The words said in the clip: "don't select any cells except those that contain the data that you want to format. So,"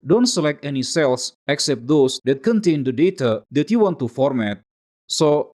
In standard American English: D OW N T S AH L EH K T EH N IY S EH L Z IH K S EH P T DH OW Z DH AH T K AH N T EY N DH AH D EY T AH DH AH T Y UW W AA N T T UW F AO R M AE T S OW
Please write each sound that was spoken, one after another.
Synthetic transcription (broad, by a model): D OW N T S AH L EH K T EH N IY S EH L S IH K S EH P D OW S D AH T K AH N T EY N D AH D EY T AH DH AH T Y UW W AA N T T UW F AO R M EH T S OW